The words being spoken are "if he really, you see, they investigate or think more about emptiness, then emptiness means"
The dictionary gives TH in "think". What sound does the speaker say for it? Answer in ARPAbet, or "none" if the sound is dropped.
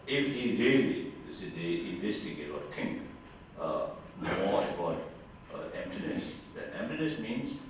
T